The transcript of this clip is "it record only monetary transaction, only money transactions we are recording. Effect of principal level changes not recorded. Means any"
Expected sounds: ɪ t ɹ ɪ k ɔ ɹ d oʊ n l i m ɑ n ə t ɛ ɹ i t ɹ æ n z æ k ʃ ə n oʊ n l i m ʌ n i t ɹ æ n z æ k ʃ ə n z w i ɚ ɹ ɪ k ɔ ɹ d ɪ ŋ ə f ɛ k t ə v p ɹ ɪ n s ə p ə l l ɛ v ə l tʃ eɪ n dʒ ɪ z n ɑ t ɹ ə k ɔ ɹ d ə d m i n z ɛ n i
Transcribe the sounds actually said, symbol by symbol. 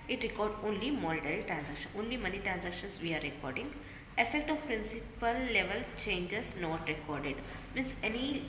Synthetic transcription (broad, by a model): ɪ t ɹ ɪ k ɔ ɹ d oʊ n l i m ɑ l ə t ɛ ɹ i t ɹ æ n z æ k ʃ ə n oʊ n l i m ʌ n i t ɹ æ n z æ k ʃ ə n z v i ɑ ɹ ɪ k ɔ ɹ d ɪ ŋ ə f ɛ k t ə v p ɹ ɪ n s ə p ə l l ɛ v ə l tʃ eɪ n dʒ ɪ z n ɑ t ɹ ə k ɔ ɹ d ə d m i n s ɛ n i